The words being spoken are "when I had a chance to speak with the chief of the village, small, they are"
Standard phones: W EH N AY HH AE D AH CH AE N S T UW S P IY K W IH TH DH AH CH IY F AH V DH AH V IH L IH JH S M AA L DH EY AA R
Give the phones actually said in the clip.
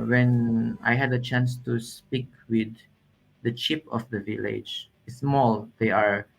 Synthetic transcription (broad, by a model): W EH N AY HH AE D AH CH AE N S T UW S P IY K W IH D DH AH CH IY P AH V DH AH V IH L IH JH S M AA L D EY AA R